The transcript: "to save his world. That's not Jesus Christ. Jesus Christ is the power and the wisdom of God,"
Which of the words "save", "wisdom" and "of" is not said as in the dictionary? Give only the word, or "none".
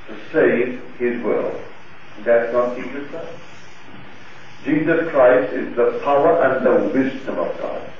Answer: none